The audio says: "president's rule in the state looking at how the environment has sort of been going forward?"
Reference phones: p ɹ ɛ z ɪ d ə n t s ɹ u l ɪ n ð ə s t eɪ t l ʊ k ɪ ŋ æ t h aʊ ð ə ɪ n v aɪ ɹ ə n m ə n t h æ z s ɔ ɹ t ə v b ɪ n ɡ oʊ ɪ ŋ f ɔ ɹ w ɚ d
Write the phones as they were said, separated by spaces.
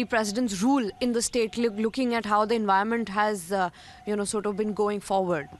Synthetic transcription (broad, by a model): p ɹ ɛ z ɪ d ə n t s ɹ u l ɪ n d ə s t eɪ t l ʊ k ɪ ŋ æ t h aʊ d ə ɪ n v aɪ ə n m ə n t h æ z s ɔ ɹ t ə v b ɪ n ɡ oʊ ɪ ŋ f ɔ ɹ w ɚ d